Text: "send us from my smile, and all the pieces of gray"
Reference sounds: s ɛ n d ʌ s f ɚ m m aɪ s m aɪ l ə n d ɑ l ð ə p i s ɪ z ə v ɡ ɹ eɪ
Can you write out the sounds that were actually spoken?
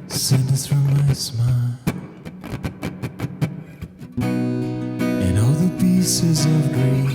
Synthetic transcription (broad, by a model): s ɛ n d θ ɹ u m m aɪ s m aɪ l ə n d ɑ l ð ə p i s ɪ z ə v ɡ ɹ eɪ